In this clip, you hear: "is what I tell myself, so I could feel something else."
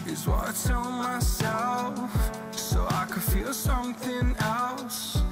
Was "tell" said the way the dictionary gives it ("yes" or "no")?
no